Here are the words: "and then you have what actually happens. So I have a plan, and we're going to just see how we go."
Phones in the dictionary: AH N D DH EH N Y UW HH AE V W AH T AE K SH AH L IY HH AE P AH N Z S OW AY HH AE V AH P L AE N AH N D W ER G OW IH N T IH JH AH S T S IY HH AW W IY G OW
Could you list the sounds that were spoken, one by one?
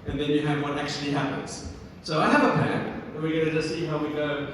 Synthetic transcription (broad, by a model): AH N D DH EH N Y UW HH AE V W AH T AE K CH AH L IY HH AE P AH N Z S OW AY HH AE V AH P AE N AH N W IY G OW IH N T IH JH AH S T S IY HH AW W IY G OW